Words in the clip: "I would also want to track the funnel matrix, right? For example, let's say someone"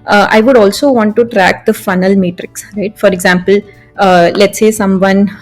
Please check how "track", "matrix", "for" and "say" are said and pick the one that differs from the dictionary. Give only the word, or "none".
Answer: none